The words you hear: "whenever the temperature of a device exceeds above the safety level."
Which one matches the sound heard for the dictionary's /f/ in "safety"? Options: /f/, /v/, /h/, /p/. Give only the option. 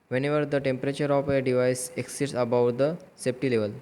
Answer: /p/